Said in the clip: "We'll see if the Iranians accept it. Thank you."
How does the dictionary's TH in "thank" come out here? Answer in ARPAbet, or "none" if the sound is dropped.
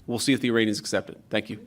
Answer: TH